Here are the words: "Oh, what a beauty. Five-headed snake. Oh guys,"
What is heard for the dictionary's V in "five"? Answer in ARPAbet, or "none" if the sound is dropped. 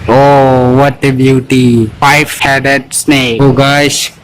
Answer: F